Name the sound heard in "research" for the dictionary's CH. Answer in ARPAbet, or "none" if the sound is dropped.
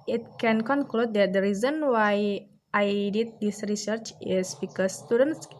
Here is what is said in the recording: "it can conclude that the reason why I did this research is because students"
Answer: CH